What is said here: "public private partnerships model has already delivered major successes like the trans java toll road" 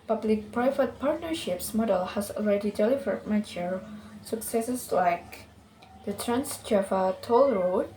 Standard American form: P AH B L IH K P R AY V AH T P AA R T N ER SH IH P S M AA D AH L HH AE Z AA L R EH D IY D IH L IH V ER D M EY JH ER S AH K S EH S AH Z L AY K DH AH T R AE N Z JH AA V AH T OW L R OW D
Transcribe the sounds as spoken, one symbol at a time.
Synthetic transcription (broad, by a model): P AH B L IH K P R AY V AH T P AA R T N ER SH IH P S M AA D AH L HH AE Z AA L R EH D IY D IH L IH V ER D M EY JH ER S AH K S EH S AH S L AY K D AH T R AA N S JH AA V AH T OW L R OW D